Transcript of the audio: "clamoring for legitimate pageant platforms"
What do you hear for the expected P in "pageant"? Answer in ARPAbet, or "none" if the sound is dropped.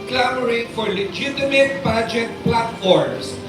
B